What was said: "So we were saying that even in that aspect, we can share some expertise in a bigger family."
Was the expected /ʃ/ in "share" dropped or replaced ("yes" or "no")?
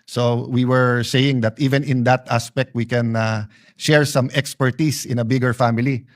no